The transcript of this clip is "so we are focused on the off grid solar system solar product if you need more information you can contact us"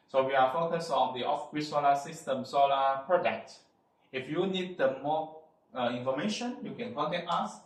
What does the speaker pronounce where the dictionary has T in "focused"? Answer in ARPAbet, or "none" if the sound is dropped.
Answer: none